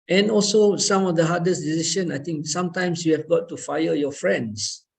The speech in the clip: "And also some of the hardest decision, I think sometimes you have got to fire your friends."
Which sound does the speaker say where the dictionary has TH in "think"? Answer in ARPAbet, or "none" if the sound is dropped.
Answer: T